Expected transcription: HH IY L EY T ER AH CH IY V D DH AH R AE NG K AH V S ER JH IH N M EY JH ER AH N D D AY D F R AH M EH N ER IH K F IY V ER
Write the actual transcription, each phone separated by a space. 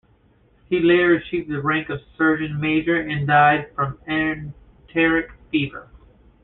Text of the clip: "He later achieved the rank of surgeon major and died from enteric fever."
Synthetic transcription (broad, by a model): HH IY L EY T ER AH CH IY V DH AH R AE NG K AH V S ER JH IH N M EY JH ER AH N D D AY D F R AH M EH N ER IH K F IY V ER